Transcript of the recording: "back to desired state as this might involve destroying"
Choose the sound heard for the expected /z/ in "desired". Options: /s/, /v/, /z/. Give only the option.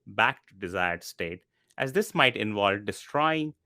/z/